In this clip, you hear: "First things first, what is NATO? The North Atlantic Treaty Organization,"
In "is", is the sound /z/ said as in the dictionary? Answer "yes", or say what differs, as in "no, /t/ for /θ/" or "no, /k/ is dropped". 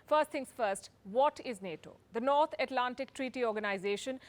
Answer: yes